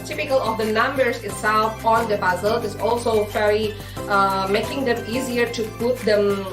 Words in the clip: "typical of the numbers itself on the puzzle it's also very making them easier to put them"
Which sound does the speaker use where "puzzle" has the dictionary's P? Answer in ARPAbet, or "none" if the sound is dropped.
B